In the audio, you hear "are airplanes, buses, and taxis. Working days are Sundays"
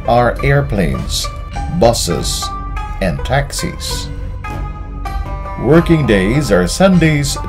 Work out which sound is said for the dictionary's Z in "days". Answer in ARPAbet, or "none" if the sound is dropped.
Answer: Z